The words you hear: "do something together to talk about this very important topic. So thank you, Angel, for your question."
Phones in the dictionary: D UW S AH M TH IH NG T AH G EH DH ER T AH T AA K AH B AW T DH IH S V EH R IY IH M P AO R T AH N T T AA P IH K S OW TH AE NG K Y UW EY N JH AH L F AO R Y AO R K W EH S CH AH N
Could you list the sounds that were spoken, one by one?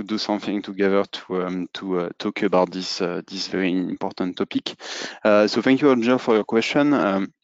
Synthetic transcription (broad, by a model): D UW S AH M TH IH NG T AH G EH DH ER T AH T AA K AH B AW T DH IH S V EH R IY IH M P AO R T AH N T T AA P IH K S OW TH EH NG K Y UW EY JH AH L F AO R Y AO R K W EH S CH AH N